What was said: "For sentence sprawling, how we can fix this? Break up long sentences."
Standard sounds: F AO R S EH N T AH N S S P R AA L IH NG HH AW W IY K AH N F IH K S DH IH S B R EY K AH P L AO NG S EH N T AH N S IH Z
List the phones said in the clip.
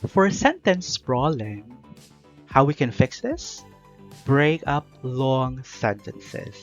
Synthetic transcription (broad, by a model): F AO R S EH N T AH N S S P R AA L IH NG HH AW W IY K AH N F IH K S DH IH S B R EY K AH P L AO NG S EH N T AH N S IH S